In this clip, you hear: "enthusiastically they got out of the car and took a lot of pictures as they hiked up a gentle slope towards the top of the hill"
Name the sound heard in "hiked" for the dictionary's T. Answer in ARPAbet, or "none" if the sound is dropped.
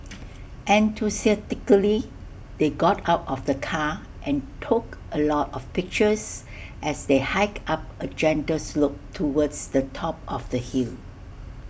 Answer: none